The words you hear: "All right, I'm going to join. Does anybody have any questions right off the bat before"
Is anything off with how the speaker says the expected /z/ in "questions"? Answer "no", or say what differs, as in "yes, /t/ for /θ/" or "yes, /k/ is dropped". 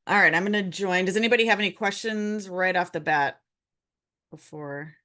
no